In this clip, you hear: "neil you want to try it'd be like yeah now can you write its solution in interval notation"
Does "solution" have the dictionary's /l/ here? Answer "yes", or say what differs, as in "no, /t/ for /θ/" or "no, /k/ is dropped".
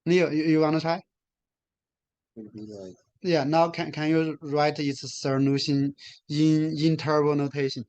no, /n/ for /l/